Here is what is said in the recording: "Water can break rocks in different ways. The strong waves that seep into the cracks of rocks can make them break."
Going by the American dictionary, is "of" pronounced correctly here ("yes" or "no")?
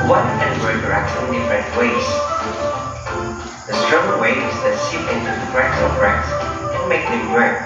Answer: no